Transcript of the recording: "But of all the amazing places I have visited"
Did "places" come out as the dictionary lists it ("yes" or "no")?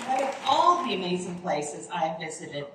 yes